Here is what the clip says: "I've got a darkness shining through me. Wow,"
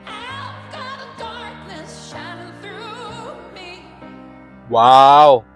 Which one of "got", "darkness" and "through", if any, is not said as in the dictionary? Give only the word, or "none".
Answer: none